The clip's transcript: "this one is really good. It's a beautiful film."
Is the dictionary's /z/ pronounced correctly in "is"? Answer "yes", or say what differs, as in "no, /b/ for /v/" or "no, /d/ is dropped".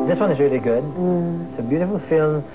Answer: yes